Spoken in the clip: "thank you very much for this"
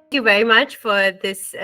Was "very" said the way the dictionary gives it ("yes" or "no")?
yes